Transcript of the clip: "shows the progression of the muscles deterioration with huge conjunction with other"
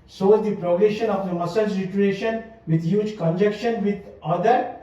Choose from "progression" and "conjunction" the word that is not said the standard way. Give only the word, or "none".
conjunction